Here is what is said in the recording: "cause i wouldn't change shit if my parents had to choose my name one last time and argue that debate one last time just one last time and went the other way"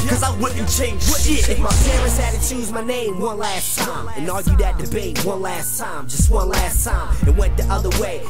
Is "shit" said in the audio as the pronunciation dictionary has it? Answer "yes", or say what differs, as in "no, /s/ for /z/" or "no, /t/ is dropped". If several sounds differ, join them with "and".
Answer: no, /t/ is dropped